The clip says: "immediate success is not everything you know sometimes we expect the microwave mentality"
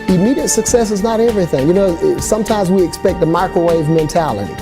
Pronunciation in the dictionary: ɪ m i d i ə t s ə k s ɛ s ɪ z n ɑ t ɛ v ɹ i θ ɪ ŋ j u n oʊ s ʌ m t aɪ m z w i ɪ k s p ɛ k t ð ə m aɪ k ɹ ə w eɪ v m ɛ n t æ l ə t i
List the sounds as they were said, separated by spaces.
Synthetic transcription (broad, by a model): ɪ m i d i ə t s ə k s ɛ s ɪ z n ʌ t ɛ v ɹ i θ ɪ ŋ j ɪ n oʊ s ʌ m t aɪ m z w i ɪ k s p ɛ k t ð ə m aɪ k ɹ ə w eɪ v m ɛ n t æ l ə t i